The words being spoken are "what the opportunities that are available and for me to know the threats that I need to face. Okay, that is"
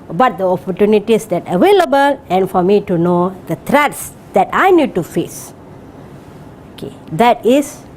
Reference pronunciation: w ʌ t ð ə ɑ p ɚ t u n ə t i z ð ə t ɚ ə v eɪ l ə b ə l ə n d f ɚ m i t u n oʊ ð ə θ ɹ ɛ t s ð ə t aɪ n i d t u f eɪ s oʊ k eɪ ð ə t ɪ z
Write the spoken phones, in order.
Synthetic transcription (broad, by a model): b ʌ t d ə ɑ p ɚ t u n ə t i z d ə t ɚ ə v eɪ l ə b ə l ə n f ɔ m i t u n oʊ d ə t ɹ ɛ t s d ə t aɪ n i d t u f eɪ s oʊ k eɪ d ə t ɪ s